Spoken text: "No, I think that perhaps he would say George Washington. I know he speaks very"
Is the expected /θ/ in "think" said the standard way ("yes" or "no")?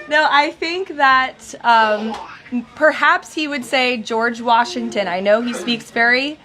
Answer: yes